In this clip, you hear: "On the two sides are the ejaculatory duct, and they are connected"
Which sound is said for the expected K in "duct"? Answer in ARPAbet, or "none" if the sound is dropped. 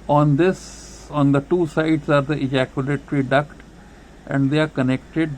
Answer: K